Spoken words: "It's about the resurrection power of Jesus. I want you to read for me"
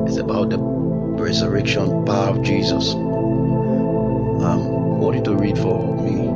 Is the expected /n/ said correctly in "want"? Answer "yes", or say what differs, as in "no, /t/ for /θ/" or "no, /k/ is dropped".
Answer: no, /n/ is dropped